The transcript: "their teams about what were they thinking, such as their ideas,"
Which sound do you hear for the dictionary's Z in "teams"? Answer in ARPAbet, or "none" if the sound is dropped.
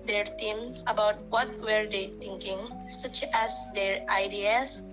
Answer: none